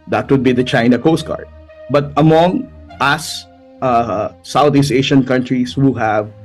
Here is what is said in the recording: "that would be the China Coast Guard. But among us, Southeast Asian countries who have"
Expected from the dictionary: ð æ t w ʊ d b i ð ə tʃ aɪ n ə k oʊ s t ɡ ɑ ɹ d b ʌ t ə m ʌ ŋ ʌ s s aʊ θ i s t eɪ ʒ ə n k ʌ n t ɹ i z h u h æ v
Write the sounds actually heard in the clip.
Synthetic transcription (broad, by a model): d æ t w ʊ d b i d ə tʃ aɪ n ə k oʊ s t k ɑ ɹ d b ʌ t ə m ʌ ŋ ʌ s s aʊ t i s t eɪ ʃ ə n k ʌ n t ɹ i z h u h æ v